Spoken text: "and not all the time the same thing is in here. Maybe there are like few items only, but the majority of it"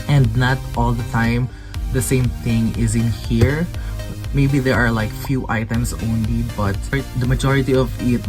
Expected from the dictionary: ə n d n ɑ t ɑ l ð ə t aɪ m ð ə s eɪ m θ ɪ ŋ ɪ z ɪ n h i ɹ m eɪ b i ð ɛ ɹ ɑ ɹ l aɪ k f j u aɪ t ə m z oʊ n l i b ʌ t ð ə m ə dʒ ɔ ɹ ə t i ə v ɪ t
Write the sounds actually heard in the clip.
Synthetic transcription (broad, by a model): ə n d n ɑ t ɑ l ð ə t aɪ m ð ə s eɪ m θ ɪ ŋ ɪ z ɪ n h i ɹ m eɪ b i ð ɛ ɹ ɑ ɹ l aɪ k f j u aɪ t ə m s oʊ n l i b ʌ t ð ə m ə dʒ ɔ ɹ ə t i ə v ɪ t